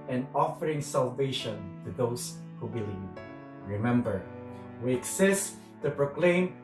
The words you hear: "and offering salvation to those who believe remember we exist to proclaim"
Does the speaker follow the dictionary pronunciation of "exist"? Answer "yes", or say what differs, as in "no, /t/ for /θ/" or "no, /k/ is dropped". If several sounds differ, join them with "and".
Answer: no, /s/ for /z/